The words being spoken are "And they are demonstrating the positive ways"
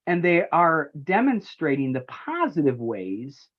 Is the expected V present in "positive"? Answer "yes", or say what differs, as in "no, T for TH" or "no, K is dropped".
yes